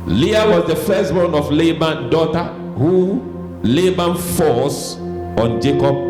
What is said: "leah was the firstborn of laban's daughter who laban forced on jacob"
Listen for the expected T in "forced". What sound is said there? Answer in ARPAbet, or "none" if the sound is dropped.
none